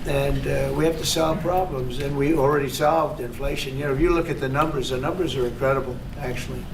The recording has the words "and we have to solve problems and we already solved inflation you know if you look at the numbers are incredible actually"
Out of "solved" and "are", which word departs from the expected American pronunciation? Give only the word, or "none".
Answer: none